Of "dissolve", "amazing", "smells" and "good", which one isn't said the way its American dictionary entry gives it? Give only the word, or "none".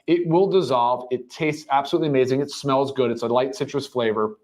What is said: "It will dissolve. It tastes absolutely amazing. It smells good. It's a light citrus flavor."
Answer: none